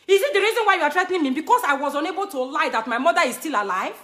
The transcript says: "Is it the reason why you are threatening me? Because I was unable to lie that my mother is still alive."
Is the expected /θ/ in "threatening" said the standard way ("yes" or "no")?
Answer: no